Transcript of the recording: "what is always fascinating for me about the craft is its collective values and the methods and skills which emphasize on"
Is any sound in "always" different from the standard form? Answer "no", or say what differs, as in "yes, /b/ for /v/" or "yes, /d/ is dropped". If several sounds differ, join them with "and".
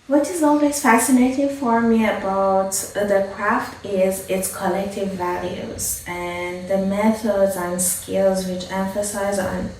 no